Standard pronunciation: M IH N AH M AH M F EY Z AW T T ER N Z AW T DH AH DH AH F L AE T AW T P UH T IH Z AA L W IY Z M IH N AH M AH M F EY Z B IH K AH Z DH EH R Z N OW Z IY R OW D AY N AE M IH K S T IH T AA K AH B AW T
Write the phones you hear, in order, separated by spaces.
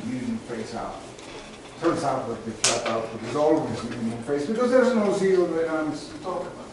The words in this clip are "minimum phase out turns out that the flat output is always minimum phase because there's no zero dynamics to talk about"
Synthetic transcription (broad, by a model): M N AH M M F EY S AW T T ER N Z AW T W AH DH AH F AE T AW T B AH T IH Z AA L W IY Z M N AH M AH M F EY S B IH K AH Z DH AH R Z N OW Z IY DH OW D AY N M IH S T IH T AA K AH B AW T